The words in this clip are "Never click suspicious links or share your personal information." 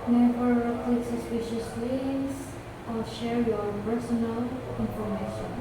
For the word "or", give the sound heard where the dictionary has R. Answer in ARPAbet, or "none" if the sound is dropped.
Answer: L